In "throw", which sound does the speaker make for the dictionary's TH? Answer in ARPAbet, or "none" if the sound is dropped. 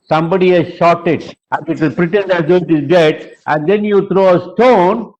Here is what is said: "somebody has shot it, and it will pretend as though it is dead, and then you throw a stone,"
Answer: T